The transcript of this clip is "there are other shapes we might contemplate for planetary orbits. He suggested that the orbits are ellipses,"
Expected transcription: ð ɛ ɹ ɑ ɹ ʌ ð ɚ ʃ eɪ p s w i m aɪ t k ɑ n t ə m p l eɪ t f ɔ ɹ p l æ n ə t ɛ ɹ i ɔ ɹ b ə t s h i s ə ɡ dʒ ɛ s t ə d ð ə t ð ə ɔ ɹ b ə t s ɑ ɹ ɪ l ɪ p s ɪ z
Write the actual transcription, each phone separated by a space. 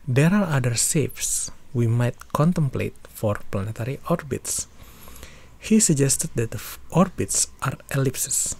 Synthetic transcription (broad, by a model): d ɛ ɹ ɑ ɹ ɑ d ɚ s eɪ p s w i m aɪ t k ɑ n t ə m p l eɪ t f ɔ ɹ p l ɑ n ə t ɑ ɹ i ɔ ɹ b ə t s h i s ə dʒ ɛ s t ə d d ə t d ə ɔ ɹ b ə t s ɑ ɹ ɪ l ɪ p s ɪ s